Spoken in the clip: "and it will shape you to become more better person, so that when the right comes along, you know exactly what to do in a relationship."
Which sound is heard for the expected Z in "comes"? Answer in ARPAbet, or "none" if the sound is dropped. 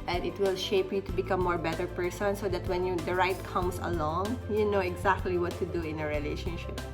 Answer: S